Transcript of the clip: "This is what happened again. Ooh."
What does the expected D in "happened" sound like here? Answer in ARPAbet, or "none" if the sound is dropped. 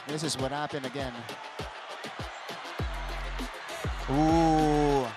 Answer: none